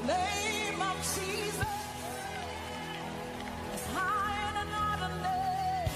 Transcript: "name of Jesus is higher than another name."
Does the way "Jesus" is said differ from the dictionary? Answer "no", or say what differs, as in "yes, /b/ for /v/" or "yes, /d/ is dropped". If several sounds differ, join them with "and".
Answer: no